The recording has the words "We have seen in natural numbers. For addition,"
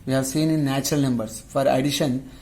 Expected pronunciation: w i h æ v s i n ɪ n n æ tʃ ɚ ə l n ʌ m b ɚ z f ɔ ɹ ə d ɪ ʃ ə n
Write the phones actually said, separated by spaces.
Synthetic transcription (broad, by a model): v i h æ v s i n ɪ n n æ tʃ ɚ ə l n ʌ m b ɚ s f ɔ ɹ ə d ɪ ʃ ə n